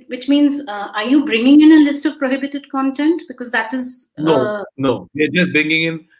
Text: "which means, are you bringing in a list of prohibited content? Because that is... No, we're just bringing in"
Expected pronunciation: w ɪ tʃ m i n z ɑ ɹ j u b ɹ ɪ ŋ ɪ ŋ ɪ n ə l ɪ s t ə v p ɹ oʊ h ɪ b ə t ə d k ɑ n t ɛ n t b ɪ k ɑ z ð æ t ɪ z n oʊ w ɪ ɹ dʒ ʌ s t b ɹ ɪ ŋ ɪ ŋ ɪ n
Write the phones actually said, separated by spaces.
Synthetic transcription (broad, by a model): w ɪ tʃ m i n z ɑ ɹ j u b ɹ ɪ ŋ ɪ ŋ ɪ n ə l ɪ s t ə v p ɹ oʊ h ɪ b ə t ə d k ɑ n t ɛ n t b ɪ k ɑ z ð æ t ɪ z n oʊ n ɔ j dʒ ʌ s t b ɹ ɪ ŋ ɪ ŋ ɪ n